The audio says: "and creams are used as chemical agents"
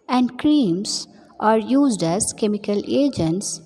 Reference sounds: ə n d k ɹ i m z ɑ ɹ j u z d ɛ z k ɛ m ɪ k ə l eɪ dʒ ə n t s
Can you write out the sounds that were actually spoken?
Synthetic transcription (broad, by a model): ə n d k ɹ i m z ɑ ɹ j u z d ɛ z k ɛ m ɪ k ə l eɪ dʒ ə n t s